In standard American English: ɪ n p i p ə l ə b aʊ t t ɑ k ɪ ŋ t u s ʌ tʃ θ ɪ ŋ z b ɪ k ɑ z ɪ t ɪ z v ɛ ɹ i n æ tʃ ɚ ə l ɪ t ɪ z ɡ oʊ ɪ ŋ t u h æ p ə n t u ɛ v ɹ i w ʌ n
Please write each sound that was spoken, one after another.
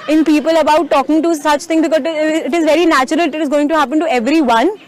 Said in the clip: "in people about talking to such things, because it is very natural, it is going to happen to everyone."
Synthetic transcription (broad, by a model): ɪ n p i p ə l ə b aʊ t t ɑ k ɪ ŋ t u s ʌ tʃ t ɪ ŋ b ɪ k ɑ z ɪ t ɪ z v ɛ ɹ i n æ tʃ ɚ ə l ɪ t ɪ z ɡ oʊ ɪ ŋ t u h æ p ə n t u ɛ v ɹ i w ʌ n